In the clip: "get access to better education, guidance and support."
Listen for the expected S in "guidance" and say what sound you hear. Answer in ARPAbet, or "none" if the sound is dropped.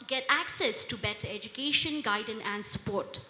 none